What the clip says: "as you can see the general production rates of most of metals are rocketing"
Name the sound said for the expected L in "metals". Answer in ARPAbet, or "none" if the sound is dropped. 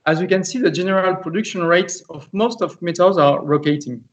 none